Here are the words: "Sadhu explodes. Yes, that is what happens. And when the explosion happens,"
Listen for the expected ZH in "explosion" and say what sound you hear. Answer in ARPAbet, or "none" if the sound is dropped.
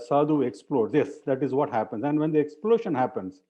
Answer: SH